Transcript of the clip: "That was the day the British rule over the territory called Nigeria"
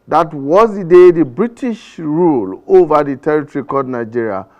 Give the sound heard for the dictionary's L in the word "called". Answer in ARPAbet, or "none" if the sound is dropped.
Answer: none